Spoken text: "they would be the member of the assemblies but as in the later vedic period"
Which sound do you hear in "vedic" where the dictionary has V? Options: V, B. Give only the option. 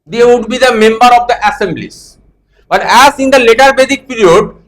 B